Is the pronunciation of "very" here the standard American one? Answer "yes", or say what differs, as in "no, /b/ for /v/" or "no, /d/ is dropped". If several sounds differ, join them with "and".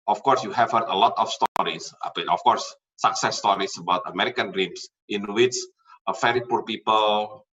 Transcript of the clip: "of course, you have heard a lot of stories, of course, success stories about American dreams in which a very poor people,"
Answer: no, /f/ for /v/